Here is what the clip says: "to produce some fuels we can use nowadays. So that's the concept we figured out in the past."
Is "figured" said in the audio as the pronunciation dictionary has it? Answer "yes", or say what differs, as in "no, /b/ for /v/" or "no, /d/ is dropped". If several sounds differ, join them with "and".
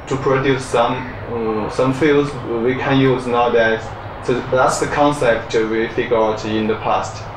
no, /d/ is dropped